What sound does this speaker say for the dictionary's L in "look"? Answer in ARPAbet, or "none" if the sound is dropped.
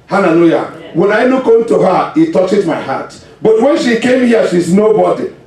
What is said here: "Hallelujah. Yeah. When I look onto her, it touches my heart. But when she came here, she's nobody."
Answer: N